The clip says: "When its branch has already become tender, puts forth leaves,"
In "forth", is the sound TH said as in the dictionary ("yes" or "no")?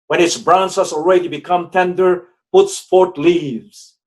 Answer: no